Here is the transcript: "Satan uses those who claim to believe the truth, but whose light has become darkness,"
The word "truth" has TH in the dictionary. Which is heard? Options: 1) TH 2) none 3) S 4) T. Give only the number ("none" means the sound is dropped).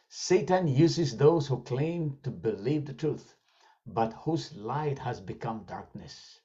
1